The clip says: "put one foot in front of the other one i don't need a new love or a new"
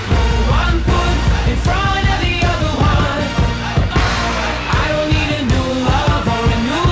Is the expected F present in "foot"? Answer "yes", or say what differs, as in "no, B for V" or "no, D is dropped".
no, P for F